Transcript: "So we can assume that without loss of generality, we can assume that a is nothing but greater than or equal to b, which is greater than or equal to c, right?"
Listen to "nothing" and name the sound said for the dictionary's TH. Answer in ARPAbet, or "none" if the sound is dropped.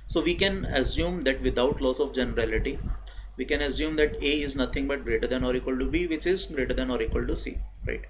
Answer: T